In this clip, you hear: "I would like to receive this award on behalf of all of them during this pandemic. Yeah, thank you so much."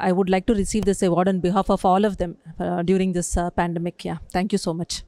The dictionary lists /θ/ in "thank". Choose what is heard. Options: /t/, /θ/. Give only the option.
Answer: /t/